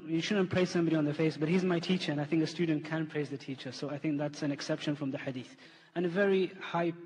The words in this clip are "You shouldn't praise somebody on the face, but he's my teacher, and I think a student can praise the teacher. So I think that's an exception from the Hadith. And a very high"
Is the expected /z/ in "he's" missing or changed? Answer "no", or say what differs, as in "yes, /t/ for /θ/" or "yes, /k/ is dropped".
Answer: no